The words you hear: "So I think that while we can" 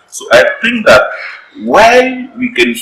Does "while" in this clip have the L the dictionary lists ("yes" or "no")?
no